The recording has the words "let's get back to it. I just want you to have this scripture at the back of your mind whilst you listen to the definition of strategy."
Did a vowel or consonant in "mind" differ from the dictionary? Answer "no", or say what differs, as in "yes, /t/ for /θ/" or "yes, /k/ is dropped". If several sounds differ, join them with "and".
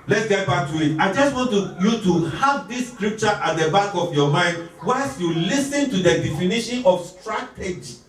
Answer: no